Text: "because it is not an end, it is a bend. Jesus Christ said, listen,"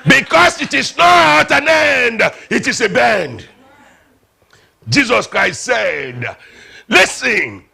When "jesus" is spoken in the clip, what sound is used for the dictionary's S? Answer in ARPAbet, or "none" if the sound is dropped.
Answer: S